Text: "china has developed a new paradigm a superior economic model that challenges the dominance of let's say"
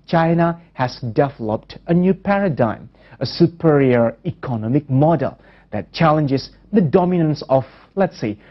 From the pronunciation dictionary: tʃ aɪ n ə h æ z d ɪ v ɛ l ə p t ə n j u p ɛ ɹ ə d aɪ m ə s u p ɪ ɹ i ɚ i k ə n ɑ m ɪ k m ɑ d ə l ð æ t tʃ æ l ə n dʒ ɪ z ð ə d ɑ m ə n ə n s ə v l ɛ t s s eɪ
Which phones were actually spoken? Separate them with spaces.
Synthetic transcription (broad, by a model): tʃ aɪ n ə h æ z d ɪ v ɛ l ə p t ə n j u p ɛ ɹ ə d aɪ m ə s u p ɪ ɹ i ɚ i k ə n ɑ m ɪ k m ɑ d ə l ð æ t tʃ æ l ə n dʒ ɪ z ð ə d ɑ m ə n ə n s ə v l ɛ t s s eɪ